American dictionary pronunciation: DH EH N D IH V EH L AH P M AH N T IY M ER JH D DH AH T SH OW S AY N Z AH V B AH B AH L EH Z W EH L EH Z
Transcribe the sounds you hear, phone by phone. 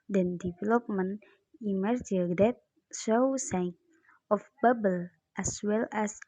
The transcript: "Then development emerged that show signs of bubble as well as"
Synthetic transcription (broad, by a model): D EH N D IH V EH L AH P M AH N IY M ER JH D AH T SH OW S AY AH F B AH B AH L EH S W EH L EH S